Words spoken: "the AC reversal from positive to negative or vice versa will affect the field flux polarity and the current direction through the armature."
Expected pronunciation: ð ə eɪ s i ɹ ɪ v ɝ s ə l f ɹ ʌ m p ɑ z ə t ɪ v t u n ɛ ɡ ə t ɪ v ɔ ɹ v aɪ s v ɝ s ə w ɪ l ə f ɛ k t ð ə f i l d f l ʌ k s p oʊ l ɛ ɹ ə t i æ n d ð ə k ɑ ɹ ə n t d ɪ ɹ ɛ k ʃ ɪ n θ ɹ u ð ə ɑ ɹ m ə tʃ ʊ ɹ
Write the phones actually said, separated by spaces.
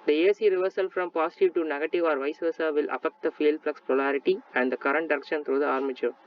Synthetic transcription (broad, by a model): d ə eɪ s i ɹ ɪ v ɝ s ə l f ɹ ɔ m p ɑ s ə t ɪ v t u n ɛ ɡ ə t ɪ v ɔ ɹ v aɪ s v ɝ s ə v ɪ l ə f ɛ k t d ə f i l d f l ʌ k s p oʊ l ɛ ɹ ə t i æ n d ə k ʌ ɹ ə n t d ɪ ɹ ɛ k ʃ ɪ n t ɹ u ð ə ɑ ɹ m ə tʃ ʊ ɹ